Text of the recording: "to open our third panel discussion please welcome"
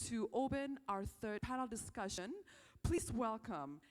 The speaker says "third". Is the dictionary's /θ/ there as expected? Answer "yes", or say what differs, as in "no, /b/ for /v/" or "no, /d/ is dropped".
yes